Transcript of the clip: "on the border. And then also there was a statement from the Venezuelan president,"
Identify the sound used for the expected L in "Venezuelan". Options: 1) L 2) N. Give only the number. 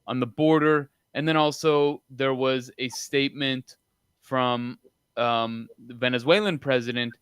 1